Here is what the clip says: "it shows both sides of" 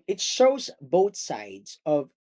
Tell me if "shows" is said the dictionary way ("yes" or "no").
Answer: yes